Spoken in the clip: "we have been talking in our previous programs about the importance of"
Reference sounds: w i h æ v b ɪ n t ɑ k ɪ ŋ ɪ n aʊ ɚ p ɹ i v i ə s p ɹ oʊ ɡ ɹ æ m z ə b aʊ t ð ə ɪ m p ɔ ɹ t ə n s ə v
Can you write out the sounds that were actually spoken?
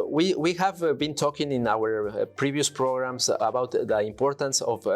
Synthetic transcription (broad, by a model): w i h æ v b ɪ n t ɑ k ɪ ŋ ɪ n aʊ ɚ p ɹ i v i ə s p ɹ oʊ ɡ ɹ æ m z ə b aʊ t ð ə ɪ m p ɔ ɹ t ə n s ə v